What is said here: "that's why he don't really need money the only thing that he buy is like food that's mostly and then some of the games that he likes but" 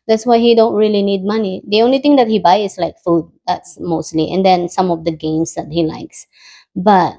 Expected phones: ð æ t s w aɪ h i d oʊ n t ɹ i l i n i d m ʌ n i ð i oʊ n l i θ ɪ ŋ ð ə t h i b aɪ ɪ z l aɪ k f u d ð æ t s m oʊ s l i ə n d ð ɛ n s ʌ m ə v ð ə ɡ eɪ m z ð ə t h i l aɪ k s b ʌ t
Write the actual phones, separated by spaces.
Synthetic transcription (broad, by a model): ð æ t s w aɪ h i d oʊ n t ɹ i l i n i d m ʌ n i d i oʊ n l i t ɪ ŋ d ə t h i b aɪ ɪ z l aɪ k f u d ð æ t s m oʊ s l i ə n d ɛ n s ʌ m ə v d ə ɡ eɪ m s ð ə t h i l aɪ k s b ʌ t